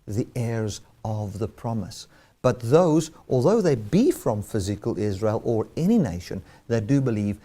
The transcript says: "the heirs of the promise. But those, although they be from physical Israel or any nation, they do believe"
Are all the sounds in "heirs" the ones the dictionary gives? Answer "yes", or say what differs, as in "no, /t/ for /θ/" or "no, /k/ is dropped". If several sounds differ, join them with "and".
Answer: yes